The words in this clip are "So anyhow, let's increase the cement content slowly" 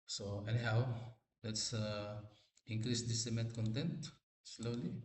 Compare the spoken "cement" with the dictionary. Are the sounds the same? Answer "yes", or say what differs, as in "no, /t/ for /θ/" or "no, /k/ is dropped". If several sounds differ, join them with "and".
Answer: no, /n/ is dropped